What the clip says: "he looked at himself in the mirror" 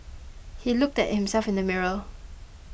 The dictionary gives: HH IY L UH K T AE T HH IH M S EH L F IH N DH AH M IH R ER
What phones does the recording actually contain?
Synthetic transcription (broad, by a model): HH IY L UH K T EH T HH IH M S EH L F IH N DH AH M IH R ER